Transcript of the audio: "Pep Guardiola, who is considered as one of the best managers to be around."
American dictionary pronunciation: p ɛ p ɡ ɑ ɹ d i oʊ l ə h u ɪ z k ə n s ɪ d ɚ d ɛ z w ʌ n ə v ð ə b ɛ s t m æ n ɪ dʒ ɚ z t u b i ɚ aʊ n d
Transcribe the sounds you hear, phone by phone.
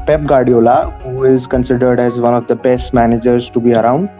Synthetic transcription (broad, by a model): p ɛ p ɡ ɑ ɹ d i oʊ l ə h u ɪ z k ə n s ɪ d ɚ d ɛ z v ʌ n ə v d ə b ɛ s t m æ n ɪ dʒ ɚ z t u b i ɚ aʊ n d